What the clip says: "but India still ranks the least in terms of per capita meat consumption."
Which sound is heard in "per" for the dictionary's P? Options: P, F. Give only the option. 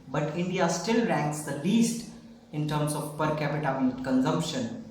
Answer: P